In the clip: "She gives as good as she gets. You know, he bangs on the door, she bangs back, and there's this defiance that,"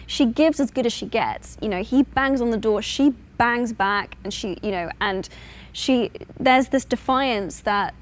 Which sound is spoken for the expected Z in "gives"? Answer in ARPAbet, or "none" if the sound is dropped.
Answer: Z